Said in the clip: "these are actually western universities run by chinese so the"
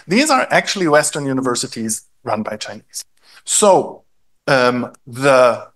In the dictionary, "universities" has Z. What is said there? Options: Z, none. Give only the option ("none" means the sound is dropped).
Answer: Z